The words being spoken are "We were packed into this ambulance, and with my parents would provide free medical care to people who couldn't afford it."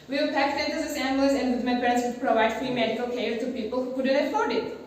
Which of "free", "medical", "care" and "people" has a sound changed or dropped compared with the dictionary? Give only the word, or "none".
care